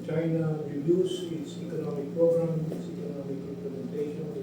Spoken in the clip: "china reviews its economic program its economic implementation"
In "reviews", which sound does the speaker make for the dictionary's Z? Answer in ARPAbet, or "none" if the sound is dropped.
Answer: S